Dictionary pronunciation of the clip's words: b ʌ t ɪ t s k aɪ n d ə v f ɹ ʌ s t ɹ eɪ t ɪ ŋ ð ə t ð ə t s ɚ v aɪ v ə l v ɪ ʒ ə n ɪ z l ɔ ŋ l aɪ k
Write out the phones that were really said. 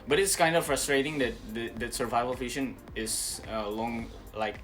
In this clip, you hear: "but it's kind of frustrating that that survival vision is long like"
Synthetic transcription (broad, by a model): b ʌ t ɪ t s k aɪ n d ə f ɹ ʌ s t ɹ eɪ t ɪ ŋ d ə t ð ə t s ɚ v aɪ v ə l f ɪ ʃ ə n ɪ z l ɔ ŋ l aɪ k